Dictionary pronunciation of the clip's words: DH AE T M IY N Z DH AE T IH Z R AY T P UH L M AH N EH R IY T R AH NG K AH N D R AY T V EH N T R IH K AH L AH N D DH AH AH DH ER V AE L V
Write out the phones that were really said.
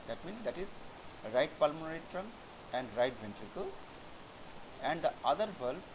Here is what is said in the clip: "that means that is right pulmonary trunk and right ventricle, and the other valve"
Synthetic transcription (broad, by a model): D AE T M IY N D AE T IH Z R AY T P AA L M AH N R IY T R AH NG AH N D R AY T V EH N T R IH K AH L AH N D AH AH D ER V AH L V